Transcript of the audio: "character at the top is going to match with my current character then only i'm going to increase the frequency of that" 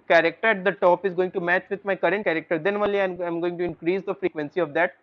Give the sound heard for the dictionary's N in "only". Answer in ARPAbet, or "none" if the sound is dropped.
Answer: none